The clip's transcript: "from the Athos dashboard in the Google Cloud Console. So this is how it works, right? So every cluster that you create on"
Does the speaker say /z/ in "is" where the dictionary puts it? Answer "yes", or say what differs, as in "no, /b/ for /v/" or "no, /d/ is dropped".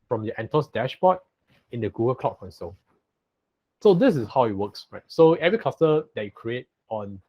no, /s/ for /z/